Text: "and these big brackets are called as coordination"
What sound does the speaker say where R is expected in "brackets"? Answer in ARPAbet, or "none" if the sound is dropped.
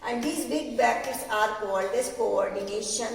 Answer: none